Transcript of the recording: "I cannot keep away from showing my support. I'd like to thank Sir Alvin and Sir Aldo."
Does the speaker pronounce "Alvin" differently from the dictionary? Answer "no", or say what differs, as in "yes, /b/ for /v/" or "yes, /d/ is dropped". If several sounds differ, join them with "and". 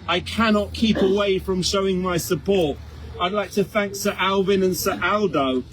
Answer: no